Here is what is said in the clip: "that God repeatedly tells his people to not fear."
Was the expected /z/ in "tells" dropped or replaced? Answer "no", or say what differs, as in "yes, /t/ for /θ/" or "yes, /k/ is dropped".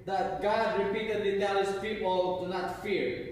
yes, /z/ is dropped